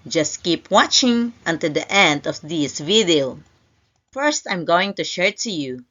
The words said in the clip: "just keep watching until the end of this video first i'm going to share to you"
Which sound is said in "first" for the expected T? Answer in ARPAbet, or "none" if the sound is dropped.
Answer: T